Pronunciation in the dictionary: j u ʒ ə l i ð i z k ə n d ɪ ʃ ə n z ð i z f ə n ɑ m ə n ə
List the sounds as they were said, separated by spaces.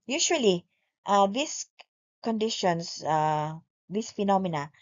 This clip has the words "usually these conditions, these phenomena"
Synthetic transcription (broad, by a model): j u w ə l i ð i s k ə n d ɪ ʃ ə n s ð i s f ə n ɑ m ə n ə